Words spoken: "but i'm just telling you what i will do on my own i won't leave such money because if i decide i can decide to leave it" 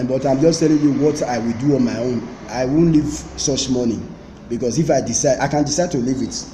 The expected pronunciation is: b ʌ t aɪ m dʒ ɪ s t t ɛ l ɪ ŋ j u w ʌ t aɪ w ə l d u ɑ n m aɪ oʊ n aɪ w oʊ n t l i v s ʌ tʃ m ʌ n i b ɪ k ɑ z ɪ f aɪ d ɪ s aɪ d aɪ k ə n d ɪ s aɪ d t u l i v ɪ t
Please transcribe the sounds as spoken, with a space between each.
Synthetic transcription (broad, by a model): b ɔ t aɪ m dʒ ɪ s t t ɛ l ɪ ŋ j u w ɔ t aɪ w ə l d u ɑ n m aɪ oʊ n aɪ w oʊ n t l i v s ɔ tʃ m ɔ n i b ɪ k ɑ s ɪ f aɪ d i s aɪ d aɪ k ə n d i s aɪ d t u l i v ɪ t